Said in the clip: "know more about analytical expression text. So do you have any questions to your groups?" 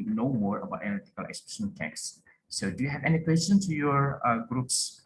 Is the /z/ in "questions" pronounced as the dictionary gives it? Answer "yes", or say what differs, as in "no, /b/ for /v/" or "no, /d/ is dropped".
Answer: no, /z/ is dropped